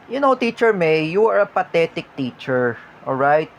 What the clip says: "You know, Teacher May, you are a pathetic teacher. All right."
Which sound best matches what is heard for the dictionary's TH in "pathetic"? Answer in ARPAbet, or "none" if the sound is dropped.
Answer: T